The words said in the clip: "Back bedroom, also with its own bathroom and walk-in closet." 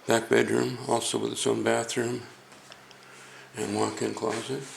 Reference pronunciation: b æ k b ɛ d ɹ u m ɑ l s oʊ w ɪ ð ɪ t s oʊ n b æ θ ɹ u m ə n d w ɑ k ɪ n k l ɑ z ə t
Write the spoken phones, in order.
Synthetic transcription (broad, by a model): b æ k b ɛ d ɹ u m ɑ l s oʊ w ɪ ð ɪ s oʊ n b æ θ ɹ u m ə n w ɑ k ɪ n k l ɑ z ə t